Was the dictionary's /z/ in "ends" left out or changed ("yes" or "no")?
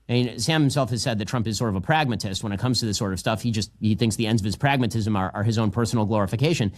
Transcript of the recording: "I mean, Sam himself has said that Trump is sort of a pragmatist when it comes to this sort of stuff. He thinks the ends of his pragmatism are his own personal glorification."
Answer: no